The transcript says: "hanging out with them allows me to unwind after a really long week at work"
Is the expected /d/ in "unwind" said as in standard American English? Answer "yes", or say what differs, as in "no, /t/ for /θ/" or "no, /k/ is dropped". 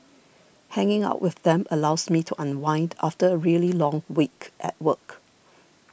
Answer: yes